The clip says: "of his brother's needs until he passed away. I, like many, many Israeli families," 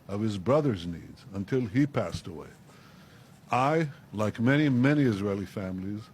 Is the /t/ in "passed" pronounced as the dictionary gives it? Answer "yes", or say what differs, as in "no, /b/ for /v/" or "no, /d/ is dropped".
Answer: yes